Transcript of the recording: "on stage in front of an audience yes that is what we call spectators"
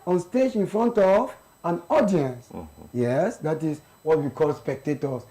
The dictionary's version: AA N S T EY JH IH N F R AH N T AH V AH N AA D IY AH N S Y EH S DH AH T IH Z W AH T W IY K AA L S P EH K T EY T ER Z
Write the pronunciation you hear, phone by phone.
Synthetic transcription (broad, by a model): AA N S T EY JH IH N F R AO N T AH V AH N AA D IY AH N S Y EH S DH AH T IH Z W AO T W IY K AA L S P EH K T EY T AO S